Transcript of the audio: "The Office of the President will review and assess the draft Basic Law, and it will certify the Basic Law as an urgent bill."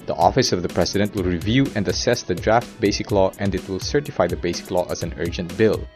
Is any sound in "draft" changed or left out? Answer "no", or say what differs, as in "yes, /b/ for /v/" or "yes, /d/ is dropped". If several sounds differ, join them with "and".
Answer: no